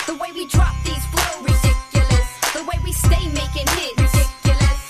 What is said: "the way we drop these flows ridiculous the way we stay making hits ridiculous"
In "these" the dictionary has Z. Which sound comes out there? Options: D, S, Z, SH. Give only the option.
Z